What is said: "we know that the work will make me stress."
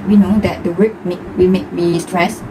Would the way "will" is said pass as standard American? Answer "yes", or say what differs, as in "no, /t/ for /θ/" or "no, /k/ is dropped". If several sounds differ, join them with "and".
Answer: no, /w/ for /l/